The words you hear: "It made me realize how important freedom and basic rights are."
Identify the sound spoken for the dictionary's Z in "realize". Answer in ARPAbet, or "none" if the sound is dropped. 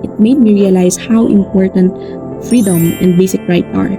S